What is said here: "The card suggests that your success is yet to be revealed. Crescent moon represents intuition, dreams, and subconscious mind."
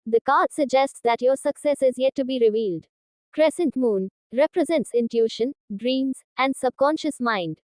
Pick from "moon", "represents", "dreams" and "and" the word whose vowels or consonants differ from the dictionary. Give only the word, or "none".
none